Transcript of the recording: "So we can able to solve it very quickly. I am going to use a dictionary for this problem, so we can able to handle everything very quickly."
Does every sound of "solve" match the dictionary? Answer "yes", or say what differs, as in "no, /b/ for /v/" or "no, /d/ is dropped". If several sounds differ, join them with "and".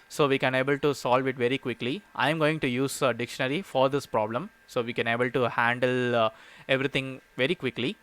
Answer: yes